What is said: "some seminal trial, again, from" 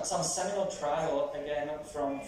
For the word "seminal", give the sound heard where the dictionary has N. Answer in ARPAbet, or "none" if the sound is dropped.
none